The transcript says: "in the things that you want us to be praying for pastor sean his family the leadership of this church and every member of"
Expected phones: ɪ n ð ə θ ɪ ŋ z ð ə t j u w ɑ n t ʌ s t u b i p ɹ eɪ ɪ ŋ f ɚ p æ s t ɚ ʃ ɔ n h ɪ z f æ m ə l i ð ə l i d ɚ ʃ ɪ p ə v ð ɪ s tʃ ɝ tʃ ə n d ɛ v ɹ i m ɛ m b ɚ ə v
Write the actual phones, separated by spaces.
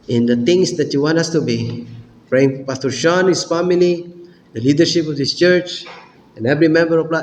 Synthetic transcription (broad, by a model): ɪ n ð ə t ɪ ŋ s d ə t j u w ɑ n t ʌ s t u b i p ɹ eɪ ɪ ŋ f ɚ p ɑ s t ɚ ʃ ɔ n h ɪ s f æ m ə l i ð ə l i d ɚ ʃ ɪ p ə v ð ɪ s tʃ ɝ tʃ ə n ɛ v ɹ i m ɛ m b ɚ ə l